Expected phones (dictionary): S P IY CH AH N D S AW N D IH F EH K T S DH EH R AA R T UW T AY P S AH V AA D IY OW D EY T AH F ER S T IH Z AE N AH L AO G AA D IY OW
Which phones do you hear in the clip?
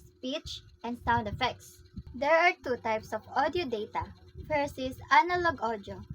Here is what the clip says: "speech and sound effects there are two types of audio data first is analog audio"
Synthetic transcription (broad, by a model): S P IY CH AH N D S AW N D IH F EH K T S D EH R AA R T UW T AY P S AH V AA D IY OW D EY T AH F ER S IH S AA N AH L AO G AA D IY OW